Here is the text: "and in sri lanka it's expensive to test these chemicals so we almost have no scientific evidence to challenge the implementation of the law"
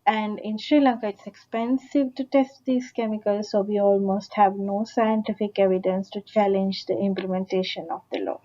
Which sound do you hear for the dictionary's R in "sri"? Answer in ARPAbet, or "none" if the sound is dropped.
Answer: R